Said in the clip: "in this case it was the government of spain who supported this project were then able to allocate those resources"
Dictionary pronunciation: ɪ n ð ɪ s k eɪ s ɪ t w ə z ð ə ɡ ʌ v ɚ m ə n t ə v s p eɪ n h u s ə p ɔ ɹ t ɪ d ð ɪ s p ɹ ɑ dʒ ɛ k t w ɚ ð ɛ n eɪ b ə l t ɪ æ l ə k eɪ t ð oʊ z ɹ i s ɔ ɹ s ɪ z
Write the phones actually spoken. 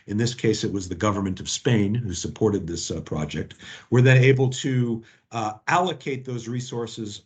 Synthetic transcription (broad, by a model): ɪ n ð ɪ s k eɪ s ɪ t w ə z ð ə ɡ ʌ v ɚ m ə n t ə v s p eɪ n h u s ə p ɔ ɹ t ɪ d ð ɪ s p ɹ ɑ dʒ ɛ k t w ɚ ð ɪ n eɪ b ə l t ɪ æ l ə k eɪ t ð oʊ z ɹ i s ɔ ɹ s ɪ z